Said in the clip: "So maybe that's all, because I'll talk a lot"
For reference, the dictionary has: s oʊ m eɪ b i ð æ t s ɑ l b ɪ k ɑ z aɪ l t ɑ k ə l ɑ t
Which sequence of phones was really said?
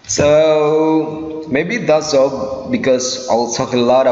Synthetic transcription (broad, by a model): s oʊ m eɪ b i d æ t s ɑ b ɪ k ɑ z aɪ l s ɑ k ə l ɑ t